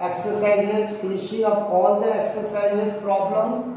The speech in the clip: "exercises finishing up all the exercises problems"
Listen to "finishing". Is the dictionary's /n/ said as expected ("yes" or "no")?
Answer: no